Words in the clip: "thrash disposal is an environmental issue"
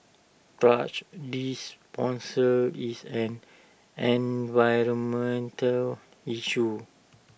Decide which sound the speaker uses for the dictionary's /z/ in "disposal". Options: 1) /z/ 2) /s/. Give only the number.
2